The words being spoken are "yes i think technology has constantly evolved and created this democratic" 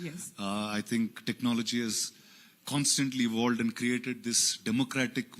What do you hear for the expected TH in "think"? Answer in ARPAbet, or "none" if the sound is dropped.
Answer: T